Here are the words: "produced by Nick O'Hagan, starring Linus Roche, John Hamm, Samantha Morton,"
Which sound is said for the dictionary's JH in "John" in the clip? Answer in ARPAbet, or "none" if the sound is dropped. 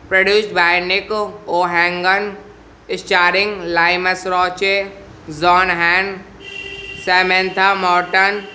Z